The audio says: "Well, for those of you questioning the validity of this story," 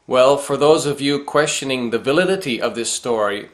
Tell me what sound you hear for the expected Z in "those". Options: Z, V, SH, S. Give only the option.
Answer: Z